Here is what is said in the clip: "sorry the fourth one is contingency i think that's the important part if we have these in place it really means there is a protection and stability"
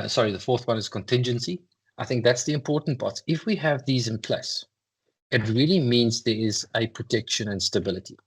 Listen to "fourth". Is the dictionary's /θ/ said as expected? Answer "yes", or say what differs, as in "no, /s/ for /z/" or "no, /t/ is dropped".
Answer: yes